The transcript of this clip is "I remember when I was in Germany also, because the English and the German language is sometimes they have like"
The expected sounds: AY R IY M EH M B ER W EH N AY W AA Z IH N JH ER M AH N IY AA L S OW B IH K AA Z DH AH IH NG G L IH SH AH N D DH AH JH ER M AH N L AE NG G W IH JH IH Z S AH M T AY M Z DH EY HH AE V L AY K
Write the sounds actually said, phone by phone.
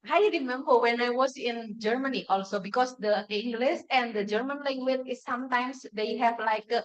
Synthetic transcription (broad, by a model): AY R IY M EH M B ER W EH N AY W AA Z IH N JH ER M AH N IY AA L S OW B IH K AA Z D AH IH NG G L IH S AH N D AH JH ER M AH N L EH NG G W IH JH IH S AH M T AY M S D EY HH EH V L AY K